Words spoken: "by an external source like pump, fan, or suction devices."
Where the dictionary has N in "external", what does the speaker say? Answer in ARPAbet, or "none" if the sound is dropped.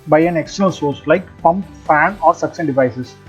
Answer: L